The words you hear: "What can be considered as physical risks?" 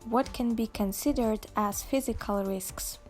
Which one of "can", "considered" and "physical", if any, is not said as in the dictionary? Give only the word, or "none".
none